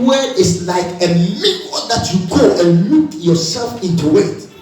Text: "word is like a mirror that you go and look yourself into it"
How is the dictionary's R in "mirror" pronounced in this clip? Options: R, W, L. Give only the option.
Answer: W